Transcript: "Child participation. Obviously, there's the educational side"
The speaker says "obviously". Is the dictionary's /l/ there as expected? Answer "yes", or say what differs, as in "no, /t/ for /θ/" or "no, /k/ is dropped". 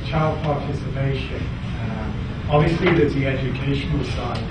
yes